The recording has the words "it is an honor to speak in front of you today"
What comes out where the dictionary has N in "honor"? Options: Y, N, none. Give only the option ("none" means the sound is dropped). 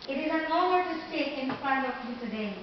none